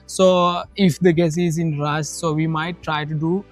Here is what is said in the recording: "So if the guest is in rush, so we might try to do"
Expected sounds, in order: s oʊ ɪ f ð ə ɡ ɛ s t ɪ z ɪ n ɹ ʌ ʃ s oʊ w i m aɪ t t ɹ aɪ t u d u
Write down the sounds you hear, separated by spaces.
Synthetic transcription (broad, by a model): s oʊ ɪ f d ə ɡ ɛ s ɪ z ɪ n ɹ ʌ s s oʊ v i m aɪ t t ɹ aɪ t u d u